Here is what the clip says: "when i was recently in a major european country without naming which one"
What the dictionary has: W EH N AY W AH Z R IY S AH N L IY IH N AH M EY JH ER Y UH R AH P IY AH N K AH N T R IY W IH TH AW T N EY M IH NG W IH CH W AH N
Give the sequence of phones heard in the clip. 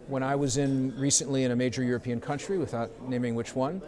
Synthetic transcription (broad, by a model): W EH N AY W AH Z R IY S AH N L IY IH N AH M EY JH ER Y UH R AH P IY AH N K AH N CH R IY W IH TH AW T N EY M IH NG W IH CH W AH N